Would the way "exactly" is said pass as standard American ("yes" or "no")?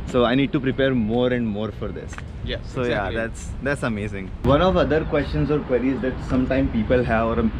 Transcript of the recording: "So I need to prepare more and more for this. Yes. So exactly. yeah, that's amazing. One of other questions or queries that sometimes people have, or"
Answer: no